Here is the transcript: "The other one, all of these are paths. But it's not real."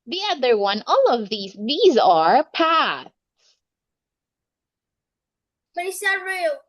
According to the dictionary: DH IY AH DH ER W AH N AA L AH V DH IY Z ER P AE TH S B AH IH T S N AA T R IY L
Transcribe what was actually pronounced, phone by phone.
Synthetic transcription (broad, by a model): DH IY AH DH ER W AH N AA L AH V DH IY Z ER P AE TH S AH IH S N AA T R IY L